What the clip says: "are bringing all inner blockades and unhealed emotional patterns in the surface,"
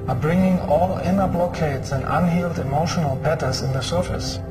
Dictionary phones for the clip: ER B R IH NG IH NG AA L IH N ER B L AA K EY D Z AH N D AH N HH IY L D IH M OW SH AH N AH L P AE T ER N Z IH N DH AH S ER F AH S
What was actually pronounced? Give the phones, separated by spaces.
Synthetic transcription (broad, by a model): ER B R IH NG IH NG AA L IH N ER B L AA K EY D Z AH N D AH N HH IY L D IH M OW SH AH N AH L B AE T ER Z IH N DH AH S ER F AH S